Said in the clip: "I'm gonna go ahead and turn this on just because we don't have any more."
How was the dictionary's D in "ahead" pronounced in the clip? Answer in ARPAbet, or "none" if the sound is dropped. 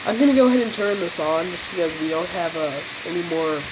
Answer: D